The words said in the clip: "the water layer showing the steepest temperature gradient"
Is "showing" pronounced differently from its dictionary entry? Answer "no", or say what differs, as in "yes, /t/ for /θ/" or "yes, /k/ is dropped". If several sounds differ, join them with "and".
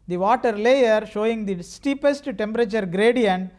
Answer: no